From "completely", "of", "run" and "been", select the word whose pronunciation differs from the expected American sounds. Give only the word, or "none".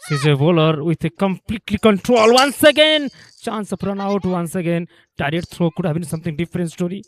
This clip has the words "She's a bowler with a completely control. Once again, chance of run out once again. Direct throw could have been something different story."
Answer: of